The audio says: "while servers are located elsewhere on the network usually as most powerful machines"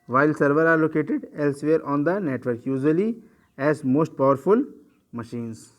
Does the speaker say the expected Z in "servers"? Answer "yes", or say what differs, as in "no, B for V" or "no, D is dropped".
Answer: no, Z is dropped